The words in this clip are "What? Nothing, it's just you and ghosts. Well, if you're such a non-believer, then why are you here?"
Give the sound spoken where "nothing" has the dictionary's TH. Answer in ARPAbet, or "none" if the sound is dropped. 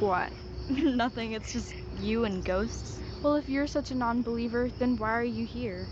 TH